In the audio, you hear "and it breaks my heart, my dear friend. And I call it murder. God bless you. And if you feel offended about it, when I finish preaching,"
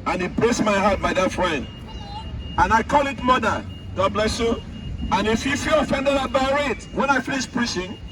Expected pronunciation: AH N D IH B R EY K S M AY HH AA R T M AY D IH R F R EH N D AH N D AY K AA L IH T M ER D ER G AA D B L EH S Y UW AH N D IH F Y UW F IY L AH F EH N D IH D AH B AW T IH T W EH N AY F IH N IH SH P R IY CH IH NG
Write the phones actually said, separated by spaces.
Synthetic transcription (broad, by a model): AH N IH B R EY S M AY HH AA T M AY D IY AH F R EH N D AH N AY K AA L IH T M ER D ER G AA D B L EH S Y UW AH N IH F Y UW F IY L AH F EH N D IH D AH B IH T IH T W EH N AY F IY L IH S P R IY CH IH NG